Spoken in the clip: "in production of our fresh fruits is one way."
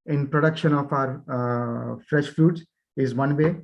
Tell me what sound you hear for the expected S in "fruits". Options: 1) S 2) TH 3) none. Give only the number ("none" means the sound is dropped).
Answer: 3